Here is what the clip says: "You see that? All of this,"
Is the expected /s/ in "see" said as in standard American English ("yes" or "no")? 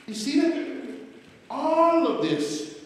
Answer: yes